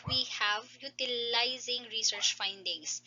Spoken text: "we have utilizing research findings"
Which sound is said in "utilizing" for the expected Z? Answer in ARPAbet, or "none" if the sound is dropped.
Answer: Z